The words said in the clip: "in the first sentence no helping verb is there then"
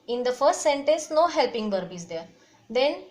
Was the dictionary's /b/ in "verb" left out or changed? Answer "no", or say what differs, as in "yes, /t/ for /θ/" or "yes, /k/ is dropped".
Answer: no